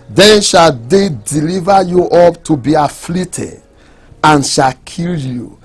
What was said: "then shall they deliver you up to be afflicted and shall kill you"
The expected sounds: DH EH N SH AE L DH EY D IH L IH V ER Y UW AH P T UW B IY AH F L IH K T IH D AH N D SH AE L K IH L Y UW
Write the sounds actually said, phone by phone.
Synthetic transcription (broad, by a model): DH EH N SH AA L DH EY D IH L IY V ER Y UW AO P T UW B IY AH F L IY T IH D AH N SH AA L K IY L Y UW